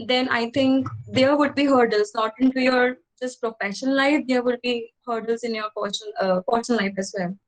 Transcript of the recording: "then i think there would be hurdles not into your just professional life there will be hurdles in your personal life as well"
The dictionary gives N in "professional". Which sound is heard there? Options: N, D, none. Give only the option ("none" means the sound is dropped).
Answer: none